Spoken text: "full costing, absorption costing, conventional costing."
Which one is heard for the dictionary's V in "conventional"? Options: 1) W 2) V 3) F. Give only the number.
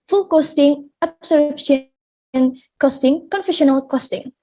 3